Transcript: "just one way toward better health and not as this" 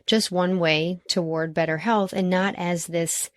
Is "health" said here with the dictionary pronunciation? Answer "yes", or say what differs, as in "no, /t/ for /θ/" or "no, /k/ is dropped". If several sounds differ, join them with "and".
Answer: yes